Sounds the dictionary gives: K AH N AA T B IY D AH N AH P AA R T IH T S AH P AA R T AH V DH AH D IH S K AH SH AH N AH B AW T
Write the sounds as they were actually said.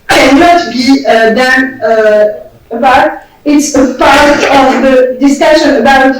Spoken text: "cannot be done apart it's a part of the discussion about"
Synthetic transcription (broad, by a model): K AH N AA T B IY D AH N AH B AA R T IH T S AH P AA R T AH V DH AH D IH S K AH SH AH N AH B AW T